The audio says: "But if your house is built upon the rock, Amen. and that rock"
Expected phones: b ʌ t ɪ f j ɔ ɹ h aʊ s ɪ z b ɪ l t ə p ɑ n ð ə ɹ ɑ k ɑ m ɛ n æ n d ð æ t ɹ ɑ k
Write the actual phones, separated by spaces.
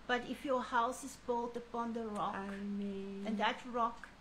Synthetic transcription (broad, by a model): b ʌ t ɪ f j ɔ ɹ h aʊ s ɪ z b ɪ l t ə p ɑ n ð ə ɹ ɑ k m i æ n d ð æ t ɹ ɑ k